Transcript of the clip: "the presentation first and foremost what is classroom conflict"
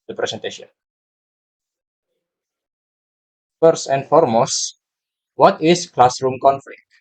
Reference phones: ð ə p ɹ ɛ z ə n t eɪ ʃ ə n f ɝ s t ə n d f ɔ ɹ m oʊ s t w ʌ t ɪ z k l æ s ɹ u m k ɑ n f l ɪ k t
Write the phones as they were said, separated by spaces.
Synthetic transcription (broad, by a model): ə p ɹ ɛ s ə n t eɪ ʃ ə n f ɝ s t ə n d f ɔ ɹ m oʊ s t w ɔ t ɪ s k l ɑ s ɹ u m k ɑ n f l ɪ k t